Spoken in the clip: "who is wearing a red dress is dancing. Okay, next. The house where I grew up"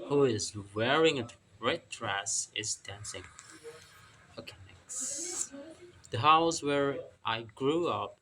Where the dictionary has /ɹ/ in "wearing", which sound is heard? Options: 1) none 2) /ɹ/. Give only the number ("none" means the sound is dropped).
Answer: 2